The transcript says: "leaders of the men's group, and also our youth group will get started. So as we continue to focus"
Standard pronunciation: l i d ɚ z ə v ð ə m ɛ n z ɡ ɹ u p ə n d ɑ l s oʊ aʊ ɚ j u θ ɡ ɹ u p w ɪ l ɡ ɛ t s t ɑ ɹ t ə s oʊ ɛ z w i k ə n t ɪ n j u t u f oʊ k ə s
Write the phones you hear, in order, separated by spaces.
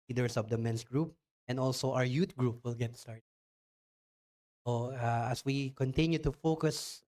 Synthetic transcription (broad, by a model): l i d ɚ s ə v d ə m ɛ n s ɡ ɹ u p ə n d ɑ l s oʊ aʊ ɚ j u t ɡ ɹ u p w ɪ l ɡ ɛ t s t ɑ ɹ t ə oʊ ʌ s w i k ə n t ɪ n j u t u f oʊ k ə s